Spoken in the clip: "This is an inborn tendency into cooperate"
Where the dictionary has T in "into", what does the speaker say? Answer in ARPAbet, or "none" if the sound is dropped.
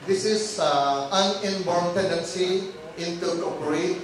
T